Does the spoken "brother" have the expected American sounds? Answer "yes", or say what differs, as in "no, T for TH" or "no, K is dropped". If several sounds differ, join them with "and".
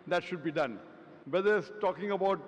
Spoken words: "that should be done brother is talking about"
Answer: no, R is dropped